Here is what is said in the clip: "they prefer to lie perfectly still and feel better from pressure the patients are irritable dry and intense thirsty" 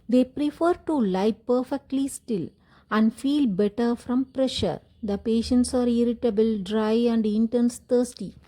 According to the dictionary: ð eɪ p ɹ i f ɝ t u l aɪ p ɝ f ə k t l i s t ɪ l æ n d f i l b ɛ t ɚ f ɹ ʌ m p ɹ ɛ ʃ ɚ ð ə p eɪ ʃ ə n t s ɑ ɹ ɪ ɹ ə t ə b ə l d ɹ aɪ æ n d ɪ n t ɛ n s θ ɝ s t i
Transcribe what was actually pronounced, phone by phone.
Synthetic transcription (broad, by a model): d eɪ p ɹ i f ɝ t u l aɪ p ɝ f ə k t l i s t ɪ l æ n d f i l b ɛ t ɚ f ɹ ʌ m p ɹ ɛ ʃ ɚ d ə p eɪ ʃ ə n t s ɑ ɹ ɪ ɹ ə t ə b ə l d ɹ aɪ æ n d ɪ n t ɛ n s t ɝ s t i